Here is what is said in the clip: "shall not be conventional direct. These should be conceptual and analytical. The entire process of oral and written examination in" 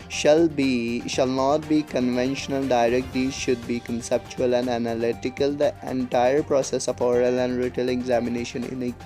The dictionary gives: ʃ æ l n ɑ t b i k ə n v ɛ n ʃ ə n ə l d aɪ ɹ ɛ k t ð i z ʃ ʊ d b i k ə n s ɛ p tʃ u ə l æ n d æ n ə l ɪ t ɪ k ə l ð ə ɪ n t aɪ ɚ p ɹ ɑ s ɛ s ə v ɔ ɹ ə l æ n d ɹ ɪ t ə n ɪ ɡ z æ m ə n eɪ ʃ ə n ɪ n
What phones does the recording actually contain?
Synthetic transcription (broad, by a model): ʃ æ l n ɑ t b i k ə n v ɛ n ʃ ə n ə l d aɪ ɹ ɛ k t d i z ʃ ʊ d b i k ə n s ɛ p tʃ u ə l æ n d æ n ə l ɪ t ɪ k ə l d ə ɪ n t aɪ ɚ p ɹ ɑ s ɛ s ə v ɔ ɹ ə l æ n d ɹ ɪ t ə l ɪ ɡ z æ m ə n eɪ ʃ ə n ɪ n